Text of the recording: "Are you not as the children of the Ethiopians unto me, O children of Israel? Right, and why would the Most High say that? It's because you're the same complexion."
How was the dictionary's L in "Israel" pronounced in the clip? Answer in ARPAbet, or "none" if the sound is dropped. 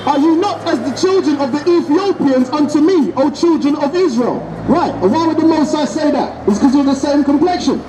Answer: L